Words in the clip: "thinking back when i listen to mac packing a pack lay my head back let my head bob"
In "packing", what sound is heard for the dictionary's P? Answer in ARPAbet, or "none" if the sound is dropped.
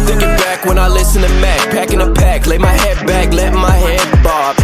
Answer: P